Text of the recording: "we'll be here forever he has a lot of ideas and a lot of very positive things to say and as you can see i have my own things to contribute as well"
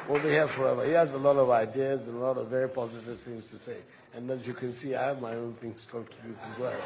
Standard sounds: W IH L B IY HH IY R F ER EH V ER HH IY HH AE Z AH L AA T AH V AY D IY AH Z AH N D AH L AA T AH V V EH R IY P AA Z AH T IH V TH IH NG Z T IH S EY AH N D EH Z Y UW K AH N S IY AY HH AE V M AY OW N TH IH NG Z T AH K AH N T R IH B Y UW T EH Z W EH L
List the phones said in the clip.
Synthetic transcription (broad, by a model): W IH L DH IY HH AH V F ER EH V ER HH IY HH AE Z AH L AA T AH V AY D IY AH Z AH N AH L AA T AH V V EH R IY P AA Z AH T IH V TH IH NG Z T IH S EY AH N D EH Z Y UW K AH N S IY AY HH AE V M AY OW N TH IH NG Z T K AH T IH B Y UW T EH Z W EH L